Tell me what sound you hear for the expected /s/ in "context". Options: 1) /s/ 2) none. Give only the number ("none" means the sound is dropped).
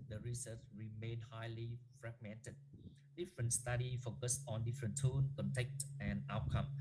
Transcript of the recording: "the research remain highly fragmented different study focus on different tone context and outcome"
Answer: 2